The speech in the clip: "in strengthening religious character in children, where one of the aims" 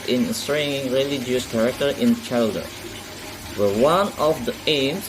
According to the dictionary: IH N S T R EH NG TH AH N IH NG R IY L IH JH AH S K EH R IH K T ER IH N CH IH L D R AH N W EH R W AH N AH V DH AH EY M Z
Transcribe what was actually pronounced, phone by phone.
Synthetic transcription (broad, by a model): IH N S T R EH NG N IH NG R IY L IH JH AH S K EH R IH K T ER IH N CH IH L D AH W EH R W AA N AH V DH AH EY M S